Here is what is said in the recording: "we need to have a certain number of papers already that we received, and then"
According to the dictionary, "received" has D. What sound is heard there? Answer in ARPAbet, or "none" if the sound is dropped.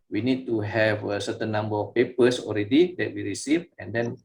none